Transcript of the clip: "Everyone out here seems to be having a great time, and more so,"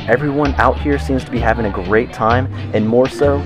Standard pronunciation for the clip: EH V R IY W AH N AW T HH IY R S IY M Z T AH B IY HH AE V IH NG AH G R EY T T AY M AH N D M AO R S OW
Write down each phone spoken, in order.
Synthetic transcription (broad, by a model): EH V R IY W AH N AW T HH IY R S IY M Z T AH B IY HH AE V IH NG AH G R EY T T AY M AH N M AO R S OW